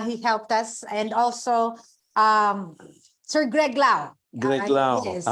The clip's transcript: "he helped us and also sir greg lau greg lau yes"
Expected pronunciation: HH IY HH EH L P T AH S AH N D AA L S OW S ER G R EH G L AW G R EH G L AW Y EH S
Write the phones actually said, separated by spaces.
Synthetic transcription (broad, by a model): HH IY HH EH L P T AH S AH N D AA L S OW S ER G R EH G L AW G R EH G L AW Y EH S